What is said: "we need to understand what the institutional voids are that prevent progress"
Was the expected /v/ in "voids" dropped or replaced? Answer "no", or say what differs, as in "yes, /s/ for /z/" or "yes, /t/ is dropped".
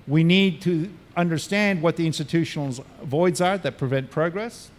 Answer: no